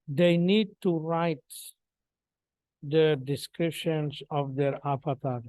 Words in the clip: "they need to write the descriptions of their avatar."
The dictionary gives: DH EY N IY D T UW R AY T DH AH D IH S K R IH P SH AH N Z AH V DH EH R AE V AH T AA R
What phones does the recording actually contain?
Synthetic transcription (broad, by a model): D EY N IY D T UW R AY T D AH D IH S K R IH P SH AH N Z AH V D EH R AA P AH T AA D